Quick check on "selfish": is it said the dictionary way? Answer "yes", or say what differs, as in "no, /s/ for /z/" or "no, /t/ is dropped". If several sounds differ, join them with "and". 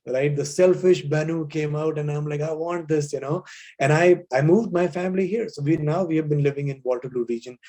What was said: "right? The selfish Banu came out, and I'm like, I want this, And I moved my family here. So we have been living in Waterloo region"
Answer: yes